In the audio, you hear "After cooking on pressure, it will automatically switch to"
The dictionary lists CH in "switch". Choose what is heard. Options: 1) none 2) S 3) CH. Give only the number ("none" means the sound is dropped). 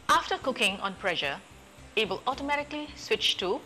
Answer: 3